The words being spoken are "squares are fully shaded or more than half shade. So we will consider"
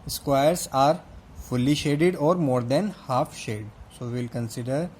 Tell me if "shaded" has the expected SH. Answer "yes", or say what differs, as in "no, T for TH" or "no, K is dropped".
yes